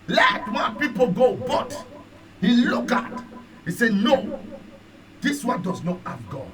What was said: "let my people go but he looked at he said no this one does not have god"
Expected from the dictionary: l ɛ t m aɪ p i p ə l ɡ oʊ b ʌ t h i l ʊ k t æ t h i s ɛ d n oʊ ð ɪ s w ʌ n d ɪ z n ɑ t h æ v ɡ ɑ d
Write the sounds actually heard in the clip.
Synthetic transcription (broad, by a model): l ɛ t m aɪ p i p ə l ɡ oʊ b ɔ t h i l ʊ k ɑ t h i s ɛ n oʊ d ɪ s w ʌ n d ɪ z n ɑ t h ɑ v ɡ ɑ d